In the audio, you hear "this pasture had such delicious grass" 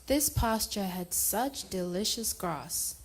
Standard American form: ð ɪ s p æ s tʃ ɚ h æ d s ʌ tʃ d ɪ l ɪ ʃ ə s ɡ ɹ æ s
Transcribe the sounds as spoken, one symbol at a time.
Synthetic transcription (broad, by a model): ð ɪ s p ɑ s tʃ ɚ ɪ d s ʌ tʃ d ɪ l ɪ ʃ ə s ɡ ɹ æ s